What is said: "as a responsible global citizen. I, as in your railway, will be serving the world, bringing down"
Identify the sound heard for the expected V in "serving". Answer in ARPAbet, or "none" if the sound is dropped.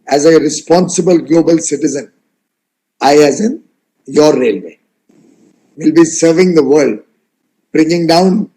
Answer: V